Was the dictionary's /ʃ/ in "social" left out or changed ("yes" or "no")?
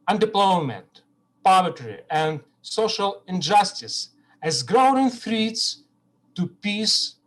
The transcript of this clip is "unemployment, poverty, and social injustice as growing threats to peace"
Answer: no